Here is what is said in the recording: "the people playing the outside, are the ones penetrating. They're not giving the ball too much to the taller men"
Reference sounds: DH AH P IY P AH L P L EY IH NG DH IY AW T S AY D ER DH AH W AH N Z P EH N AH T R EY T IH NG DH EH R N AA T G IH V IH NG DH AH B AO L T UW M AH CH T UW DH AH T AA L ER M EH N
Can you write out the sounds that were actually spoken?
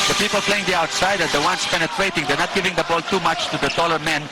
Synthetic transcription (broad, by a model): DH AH P IY P AH L P L EY IH NG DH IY AW T S AY D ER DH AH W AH N S P EH N AH T R EY T IH NG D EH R N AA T G IH V IH NG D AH B AO L T UW M AH CH T UW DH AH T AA L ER M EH N